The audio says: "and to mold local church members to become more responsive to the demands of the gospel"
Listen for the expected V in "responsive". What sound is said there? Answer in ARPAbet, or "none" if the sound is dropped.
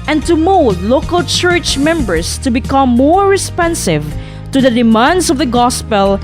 V